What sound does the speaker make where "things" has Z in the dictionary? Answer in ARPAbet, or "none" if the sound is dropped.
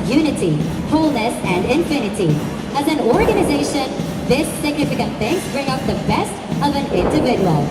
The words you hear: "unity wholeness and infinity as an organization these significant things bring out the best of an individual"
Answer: none